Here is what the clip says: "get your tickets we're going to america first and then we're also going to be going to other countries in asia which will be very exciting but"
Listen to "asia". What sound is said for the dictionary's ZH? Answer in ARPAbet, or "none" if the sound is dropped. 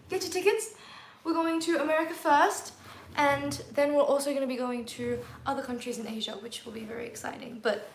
ZH